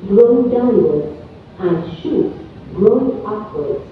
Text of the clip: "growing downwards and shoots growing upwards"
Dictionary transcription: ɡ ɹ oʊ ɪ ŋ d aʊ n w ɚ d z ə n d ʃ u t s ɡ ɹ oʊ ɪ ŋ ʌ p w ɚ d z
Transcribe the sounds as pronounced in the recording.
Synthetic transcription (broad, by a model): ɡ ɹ oʊ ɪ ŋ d aʊ n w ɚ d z ə n d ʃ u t ɡ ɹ oʊ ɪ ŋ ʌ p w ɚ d